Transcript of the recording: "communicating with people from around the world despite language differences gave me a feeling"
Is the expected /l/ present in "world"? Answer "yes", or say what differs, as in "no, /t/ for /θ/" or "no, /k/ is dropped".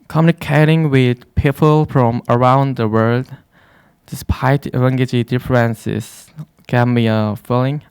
yes